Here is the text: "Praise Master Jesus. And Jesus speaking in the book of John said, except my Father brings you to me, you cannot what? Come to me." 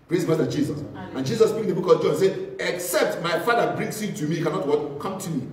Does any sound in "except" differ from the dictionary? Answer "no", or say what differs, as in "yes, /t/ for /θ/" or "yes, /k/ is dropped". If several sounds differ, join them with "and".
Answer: no